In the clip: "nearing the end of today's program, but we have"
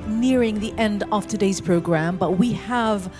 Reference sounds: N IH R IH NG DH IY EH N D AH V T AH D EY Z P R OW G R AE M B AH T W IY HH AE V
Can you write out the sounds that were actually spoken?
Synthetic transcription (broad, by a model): N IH R IH NG DH IY EH N D AH V T AH D EY Z P R OW G R AE M B AH T W IY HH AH V